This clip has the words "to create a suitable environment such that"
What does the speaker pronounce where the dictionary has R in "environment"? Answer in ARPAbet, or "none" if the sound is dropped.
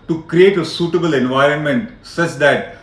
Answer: R